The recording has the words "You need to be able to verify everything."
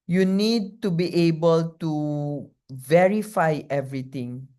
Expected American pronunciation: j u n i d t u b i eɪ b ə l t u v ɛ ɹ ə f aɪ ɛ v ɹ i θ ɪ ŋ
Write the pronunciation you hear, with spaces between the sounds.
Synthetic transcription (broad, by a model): j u n i d t u b i eɪ b ə l t u v ɛ ɹ ə f aɪ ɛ v ɹ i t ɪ ŋ